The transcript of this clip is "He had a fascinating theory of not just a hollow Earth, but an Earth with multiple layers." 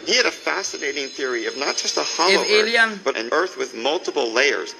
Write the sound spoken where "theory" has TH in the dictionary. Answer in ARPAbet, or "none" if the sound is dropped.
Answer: TH